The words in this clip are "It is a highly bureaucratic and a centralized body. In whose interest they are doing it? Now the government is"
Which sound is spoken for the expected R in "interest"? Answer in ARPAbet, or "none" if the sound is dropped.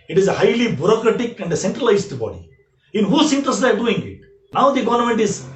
none